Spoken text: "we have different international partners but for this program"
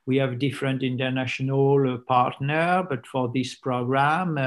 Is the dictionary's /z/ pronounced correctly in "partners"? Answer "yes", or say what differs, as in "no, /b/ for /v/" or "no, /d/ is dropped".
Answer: no, /z/ is dropped